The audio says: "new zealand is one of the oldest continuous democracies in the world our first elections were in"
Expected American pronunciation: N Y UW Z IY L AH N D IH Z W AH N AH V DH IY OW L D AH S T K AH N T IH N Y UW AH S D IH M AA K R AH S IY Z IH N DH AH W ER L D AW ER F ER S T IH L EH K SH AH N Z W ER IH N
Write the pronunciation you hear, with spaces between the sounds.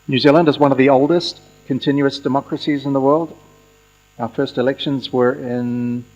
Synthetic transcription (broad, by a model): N Y UW Z IY L AH N D IH Z W AH N AH V DH IY OW L D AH S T K AH N T IH N Y UW AH S D IH M AA K R AH S IY Z IH N DH AH W ER L D AW ER F ER S T IH L EH K SH AH N Z W ER IH N